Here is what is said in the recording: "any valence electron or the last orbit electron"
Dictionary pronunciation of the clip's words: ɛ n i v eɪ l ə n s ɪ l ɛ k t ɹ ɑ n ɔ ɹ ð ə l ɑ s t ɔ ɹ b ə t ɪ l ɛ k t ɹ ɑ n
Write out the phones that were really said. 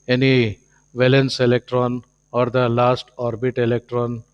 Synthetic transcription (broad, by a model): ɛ n i v eɪ l ə n s ɪ l ɛ k t ɹ ɑ n ɔ ɹ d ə l ɑ s t ɔ ɹ b ə t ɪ l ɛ k t ɹ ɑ n